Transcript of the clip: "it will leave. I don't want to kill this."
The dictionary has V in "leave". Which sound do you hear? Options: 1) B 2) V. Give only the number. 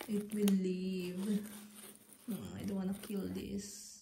2